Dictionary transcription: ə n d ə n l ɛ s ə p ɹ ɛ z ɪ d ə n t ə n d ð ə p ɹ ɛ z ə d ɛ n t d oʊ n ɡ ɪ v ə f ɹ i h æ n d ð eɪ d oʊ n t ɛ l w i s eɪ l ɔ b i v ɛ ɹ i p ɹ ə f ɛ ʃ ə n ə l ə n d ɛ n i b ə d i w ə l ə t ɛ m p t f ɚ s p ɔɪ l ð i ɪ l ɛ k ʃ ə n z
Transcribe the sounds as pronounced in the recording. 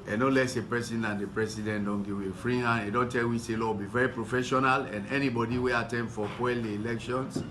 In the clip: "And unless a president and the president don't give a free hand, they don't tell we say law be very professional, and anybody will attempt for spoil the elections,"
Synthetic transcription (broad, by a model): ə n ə l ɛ s ə p ɹ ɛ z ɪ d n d ə n d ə p ɹ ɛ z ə d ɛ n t d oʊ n ɡ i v ə f ɹ i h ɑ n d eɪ d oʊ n t ɛ l w i s eɪ l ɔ b i v ɛ ɹ i p ɹ ə f ɛ ʃ ə n ə l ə n ɛ n i b ə d i w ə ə t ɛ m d f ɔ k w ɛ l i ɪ l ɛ k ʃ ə n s